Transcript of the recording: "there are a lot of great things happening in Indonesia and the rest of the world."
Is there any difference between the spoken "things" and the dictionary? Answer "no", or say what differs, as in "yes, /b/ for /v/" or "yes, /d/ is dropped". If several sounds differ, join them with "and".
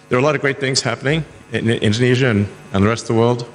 no